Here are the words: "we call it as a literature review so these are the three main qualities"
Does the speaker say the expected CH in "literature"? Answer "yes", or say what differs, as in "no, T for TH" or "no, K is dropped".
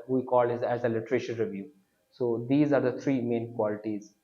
no, SH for CH